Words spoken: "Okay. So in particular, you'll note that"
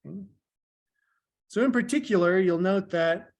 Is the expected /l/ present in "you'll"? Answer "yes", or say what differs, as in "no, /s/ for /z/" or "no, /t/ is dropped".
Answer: yes